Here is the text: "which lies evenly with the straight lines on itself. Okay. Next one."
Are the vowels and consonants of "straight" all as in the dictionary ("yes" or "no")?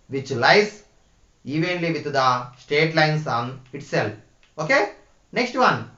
no